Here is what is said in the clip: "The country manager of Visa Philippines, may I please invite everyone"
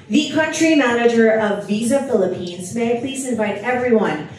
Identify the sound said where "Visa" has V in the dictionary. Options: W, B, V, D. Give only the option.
V